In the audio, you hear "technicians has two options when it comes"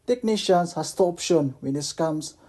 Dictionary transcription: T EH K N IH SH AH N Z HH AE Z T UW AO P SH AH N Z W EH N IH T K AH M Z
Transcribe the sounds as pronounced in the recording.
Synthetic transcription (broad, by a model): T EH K N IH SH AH N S HH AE S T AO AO P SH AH N W EH N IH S K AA M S